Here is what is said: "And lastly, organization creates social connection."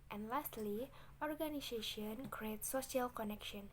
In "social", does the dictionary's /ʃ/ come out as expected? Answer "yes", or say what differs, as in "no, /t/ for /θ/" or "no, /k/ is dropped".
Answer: no, /ʃ/ is dropped